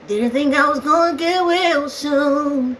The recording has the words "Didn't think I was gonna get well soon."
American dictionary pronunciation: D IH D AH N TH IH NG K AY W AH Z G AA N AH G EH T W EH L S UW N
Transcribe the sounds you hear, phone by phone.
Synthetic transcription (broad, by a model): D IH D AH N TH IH NG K AY W AH Z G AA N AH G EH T W EH L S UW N